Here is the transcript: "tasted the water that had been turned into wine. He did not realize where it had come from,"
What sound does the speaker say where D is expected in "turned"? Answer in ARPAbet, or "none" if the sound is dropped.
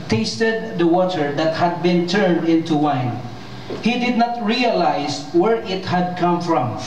D